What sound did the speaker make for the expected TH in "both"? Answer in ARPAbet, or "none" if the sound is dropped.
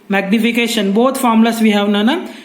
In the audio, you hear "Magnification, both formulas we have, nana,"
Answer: T